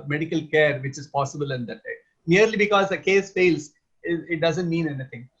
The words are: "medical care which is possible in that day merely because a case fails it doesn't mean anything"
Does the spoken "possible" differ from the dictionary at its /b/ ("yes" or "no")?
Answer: no